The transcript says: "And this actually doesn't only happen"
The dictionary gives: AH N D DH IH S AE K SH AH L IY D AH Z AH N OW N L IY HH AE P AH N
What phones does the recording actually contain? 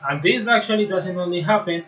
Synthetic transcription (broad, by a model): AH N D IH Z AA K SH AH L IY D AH S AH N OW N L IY HH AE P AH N